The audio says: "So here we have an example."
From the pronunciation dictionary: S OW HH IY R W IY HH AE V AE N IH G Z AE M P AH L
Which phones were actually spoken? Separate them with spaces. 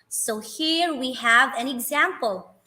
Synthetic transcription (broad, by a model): S OW HH IY R W IY HH AE V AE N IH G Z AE M P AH L